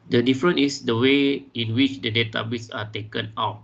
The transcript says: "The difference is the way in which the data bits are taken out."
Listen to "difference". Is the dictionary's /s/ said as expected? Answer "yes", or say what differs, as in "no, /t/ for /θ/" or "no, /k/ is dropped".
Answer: no, /s/ is dropped